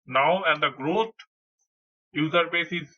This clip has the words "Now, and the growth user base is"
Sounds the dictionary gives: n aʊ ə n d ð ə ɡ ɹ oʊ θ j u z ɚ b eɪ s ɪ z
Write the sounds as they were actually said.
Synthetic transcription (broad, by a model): n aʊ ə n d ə ɡ ɹ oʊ t j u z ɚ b eɪ s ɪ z